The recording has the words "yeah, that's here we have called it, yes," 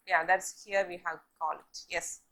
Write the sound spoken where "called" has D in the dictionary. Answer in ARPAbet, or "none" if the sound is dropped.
none